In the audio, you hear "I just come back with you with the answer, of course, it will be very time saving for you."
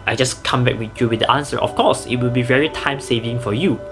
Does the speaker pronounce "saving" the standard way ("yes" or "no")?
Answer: yes